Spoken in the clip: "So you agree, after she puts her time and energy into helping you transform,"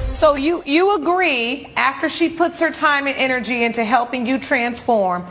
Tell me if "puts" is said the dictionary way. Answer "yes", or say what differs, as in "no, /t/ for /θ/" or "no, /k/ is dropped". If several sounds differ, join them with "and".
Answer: yes